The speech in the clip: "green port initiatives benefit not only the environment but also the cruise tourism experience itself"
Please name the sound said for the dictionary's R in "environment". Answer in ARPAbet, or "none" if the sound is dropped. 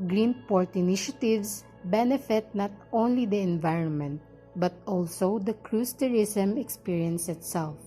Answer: R